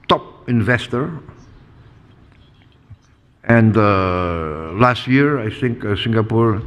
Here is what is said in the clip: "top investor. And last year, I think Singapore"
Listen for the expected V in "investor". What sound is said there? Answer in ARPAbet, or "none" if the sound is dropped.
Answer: V